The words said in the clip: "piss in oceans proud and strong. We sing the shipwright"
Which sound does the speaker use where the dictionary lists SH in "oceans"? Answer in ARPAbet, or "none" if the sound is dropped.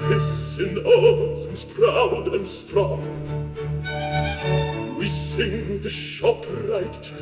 S